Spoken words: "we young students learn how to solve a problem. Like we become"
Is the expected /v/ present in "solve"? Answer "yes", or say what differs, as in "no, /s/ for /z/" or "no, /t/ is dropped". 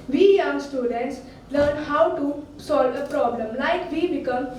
yes